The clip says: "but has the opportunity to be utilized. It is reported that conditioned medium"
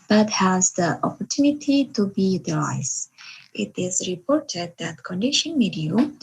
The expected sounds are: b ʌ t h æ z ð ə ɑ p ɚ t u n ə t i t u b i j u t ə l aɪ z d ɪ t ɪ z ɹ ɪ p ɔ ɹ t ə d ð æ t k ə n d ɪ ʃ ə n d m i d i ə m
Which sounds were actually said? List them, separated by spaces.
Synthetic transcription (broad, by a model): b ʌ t h æ z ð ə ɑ p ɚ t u n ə t i t u b i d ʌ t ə ɪ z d ɪ t ɪ z ɹ ɪ p ɔ ɹ t ə d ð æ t k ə n d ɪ ʃ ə n m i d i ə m